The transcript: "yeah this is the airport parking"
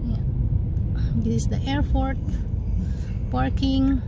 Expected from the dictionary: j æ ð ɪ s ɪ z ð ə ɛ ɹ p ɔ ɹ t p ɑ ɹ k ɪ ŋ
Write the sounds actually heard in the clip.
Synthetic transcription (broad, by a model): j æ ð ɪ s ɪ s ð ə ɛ ɹ f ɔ ɹ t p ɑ ɹ k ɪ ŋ